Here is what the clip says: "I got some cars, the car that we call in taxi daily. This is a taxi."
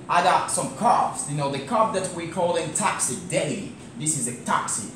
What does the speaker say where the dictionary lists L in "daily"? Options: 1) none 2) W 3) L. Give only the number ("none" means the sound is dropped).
1